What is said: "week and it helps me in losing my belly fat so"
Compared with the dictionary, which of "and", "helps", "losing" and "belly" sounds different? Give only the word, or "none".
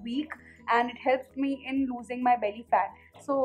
none